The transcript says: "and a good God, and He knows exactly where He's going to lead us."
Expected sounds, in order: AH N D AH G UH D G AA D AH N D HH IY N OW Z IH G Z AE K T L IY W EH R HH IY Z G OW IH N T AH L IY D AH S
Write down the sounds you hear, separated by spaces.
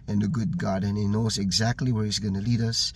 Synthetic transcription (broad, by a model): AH N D AH G UH D G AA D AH N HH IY N OW Z IH G Z AE K T L IY W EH R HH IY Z G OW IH N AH L IY D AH S